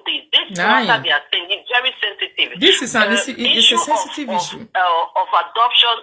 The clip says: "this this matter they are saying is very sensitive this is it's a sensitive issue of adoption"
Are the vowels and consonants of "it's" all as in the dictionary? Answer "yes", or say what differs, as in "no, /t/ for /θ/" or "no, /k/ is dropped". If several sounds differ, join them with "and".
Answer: no, /s/ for /t/